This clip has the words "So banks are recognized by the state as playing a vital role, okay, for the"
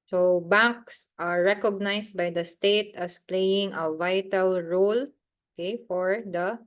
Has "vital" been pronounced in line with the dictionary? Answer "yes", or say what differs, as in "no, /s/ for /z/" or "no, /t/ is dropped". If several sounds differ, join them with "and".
yes